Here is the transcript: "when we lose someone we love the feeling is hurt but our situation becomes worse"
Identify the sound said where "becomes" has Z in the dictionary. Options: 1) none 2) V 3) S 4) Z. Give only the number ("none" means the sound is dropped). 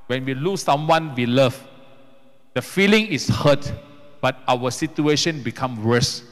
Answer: 1